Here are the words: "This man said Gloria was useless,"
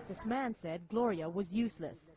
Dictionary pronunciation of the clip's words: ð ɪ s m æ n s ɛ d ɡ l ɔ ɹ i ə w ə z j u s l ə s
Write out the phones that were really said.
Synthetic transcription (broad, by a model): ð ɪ s m æ n s ɛ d ɡ l ɔ ɹ i ə w ə z j u s l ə s